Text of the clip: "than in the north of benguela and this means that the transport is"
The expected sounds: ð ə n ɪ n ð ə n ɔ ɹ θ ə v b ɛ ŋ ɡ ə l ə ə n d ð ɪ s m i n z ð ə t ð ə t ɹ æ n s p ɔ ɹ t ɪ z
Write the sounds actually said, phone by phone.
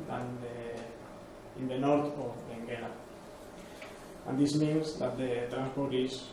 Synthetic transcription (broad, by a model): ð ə n ɪ n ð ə n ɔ ɹ t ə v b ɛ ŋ ɡ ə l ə ə n d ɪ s m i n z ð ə t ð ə t ɹ æ n s p ɔ ɹ t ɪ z